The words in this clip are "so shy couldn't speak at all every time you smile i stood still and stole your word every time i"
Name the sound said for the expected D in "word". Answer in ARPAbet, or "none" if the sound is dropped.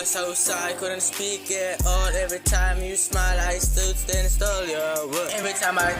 none